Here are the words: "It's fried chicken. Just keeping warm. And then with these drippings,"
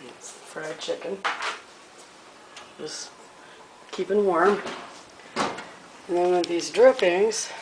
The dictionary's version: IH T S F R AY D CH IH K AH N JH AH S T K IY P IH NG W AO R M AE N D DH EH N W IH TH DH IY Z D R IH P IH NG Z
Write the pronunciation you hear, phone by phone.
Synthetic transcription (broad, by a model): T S F R AY D CH IH K AH N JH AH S K IY P IH NG W AO R M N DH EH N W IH DH IY Z D R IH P IH NG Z